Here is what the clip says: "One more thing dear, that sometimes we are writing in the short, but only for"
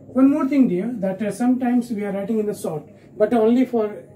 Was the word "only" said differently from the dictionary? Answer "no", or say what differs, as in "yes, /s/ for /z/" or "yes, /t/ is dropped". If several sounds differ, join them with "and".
no